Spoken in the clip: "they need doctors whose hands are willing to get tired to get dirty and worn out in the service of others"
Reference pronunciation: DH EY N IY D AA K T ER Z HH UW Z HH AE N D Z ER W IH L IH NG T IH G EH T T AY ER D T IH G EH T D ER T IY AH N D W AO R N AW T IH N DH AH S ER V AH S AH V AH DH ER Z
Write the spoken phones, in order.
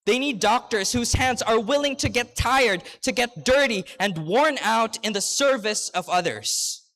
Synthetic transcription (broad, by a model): DH EY N IY D AA K T ER Z HH UW Z HH AE N D Z ER W IH L IH NG T IH G EH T T AY ER D T IH G EH T D ER T IY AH N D W AO R N AW T IH N DH AH S ER V AH S AH V AH DH ER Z